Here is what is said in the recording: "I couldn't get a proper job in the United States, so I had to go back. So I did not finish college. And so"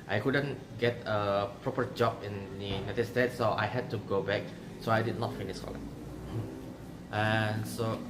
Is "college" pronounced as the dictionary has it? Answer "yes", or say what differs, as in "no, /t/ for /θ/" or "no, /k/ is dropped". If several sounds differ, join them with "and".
no, /dʒ/ is dropped